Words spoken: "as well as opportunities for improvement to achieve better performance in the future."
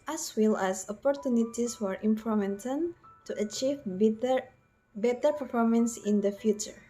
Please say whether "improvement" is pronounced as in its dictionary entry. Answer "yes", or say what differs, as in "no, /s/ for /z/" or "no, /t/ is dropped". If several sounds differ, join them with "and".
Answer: no, /ɹ/ is dropped and /v/ is dropped